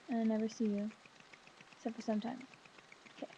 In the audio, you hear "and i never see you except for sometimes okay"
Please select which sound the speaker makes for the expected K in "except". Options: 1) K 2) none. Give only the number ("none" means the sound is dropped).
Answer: 2